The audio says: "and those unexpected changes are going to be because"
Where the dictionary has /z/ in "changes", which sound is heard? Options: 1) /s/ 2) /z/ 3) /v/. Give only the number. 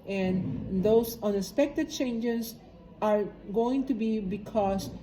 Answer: 1